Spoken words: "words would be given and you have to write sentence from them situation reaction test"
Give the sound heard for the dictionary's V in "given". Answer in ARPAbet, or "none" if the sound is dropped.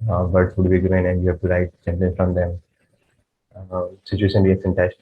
none